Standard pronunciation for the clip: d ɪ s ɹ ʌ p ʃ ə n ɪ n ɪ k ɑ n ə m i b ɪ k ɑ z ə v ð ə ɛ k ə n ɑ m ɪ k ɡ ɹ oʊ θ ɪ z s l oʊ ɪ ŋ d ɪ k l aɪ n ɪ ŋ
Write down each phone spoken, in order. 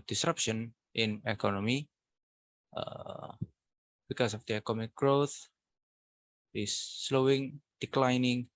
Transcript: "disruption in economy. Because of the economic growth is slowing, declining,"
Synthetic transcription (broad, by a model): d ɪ s ɹ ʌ p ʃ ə n ɪ n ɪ k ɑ n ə m i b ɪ k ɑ s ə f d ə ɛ k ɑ m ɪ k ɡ ɹ oʊ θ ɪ s l oʊ ɪ ŋ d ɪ k l aɪ n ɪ ŋ